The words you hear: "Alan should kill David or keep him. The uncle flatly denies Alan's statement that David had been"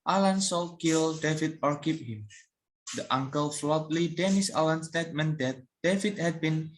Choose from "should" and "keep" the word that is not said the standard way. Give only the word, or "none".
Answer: should